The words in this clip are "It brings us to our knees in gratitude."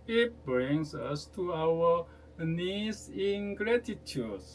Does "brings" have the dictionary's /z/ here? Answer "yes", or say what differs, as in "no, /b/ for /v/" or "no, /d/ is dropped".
no, /s/ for /z/